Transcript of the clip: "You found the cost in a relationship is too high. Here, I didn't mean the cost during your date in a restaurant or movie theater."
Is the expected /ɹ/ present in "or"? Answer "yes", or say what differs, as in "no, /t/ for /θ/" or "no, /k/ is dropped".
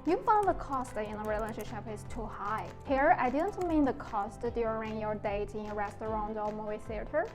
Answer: no, /l/ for /ɹ/